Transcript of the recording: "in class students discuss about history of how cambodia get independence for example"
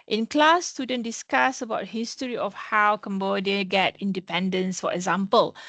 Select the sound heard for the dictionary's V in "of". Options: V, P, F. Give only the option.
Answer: F